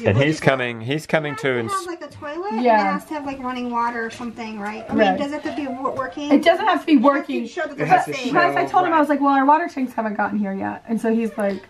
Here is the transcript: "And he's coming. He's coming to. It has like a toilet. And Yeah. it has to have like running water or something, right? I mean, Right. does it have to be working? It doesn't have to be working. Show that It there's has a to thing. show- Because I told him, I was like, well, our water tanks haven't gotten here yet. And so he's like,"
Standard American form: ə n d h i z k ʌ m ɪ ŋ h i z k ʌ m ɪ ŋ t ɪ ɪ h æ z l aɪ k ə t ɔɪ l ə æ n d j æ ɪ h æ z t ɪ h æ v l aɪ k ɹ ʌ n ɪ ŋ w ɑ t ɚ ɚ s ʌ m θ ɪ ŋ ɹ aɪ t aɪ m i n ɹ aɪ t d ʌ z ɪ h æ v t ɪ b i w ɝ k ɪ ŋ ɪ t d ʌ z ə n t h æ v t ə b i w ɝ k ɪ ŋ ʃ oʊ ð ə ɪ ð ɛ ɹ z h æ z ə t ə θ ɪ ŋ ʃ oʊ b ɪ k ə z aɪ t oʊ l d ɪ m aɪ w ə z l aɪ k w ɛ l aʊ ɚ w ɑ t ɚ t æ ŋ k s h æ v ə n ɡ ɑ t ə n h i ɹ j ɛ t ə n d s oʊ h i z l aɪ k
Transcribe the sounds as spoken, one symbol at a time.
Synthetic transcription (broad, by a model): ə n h i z k ʌ m ɪ ŋ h i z k ʌ m ɪ ŋ t ɪ ɪ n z l aɪ k ə t ɔɪ l ə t j æ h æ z t ɪ v l aɪ k ɹ ʌ n ɪ ŋ w ɑ t ɚ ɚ s ʌ m θ ɪ ŋ ɹ aɪ t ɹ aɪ d ʌ z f t ɪ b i w ɝ k ɪ ŋ ɪ t d ʌ z ə n t h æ f t ə b i w ɝ k ɪ ŋ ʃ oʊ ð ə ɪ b ə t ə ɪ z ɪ ə t oʊ l d ɪ m aɪ w ə z l aɪ k w ɛ l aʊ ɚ w ɑ t ɚ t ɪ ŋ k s h æ v ə n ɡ ɑ t n h i ɹ j ɛ t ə n s oʊ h i z l aɪ k